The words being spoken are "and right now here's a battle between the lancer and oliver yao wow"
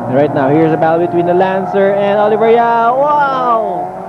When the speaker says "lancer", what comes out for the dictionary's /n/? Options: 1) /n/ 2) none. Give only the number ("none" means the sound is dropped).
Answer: 1